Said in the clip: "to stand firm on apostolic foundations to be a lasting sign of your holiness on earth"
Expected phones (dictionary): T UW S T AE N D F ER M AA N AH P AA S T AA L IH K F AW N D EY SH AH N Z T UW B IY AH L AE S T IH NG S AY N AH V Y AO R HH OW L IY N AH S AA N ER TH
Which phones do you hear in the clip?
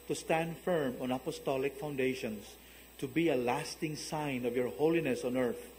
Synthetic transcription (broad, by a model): T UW S T AE N D F ER M AA N AH P AA S T AA L IH K F AW N D EY SH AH N S T UW B IY AH L AE S T IH NG S AY N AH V Y AO R HH OW L IY N AH S AA N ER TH